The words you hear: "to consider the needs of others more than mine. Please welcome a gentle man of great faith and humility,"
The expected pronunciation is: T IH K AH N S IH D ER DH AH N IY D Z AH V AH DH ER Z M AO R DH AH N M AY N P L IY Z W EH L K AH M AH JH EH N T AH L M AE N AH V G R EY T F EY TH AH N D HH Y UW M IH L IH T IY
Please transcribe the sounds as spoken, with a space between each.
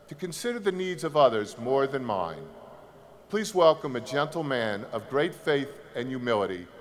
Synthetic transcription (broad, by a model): T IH K AH N S IH D ER DH AH N IY D Z AH V AH DH ER Z M AO R DH AH N M AY N P L IY Z W EH L K AH M AH JH EH N T L M AE N AH V G R EY T F EY TH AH N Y UW M IH L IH T IY